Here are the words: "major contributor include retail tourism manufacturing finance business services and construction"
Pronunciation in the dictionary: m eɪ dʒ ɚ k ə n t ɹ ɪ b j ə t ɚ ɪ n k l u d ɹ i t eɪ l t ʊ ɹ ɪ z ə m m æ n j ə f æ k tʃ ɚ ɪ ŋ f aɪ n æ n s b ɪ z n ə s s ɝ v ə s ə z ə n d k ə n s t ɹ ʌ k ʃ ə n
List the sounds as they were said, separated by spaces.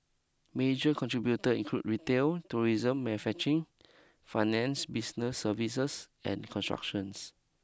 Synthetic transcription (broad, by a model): m eɪ dʒ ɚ k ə n t ɹ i b j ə t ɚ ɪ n k l u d ɹ i t eɪ l t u ɹ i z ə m m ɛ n f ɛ tʃ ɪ ŋ f aɪ n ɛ n s b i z n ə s s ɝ v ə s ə s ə n k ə n s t ɹ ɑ k ʃ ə n